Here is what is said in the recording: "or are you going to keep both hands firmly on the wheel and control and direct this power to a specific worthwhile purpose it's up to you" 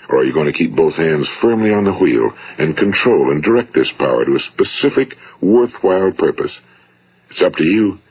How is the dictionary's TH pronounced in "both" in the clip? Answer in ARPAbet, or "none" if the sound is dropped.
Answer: TH